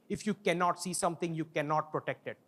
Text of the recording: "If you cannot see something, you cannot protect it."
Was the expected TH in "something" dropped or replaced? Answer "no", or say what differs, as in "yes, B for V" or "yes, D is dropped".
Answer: yes, T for TH